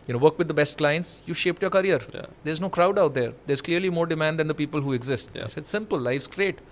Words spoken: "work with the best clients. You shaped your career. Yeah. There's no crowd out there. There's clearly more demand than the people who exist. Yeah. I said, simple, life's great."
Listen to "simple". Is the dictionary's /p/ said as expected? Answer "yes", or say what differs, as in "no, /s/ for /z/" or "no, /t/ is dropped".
yes